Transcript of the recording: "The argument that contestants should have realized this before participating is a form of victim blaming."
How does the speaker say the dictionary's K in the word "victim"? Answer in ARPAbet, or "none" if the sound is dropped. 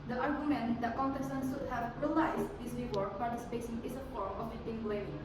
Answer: none